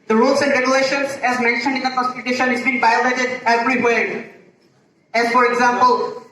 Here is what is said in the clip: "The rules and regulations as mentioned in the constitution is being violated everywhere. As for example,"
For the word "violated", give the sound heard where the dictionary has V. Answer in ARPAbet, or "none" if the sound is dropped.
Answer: B